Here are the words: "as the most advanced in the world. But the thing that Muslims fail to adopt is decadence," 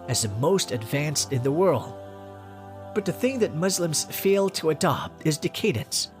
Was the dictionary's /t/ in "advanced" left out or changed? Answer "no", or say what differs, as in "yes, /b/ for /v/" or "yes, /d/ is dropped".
no